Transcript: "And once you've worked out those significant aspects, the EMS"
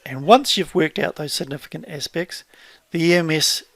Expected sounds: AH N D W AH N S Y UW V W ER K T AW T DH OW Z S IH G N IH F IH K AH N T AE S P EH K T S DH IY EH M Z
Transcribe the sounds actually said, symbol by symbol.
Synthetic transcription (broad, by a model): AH N W AH N S Y UW V W ER K T AW T DH OW Z S IH G N IH F IH K AH N T AE S P EH K T S DH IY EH M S